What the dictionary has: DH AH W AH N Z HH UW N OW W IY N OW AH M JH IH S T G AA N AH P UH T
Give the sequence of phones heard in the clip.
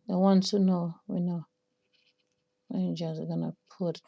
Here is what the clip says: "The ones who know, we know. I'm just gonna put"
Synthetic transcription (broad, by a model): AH W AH N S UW N OW W IY N OW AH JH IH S G AA N AH P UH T